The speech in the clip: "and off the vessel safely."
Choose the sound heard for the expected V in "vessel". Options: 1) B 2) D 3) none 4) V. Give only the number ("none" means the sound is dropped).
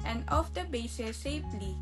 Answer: 1